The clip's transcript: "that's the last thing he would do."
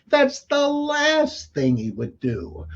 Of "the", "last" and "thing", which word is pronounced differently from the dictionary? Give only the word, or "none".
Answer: none